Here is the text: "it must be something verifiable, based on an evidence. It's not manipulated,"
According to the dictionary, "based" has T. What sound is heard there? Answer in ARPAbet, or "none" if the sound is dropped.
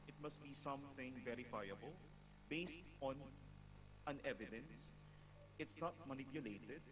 T